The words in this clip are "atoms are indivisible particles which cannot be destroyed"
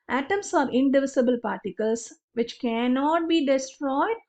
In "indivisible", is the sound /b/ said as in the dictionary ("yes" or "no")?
yes